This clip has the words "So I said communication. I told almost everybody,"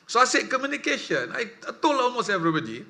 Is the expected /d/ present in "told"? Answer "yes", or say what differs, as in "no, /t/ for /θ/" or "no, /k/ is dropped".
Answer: no, /d/ is dropped